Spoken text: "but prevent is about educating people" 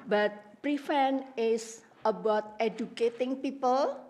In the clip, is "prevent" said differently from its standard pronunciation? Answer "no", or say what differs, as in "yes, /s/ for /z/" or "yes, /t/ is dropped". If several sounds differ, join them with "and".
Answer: yes, /f/ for /v/ and /t/ is dropped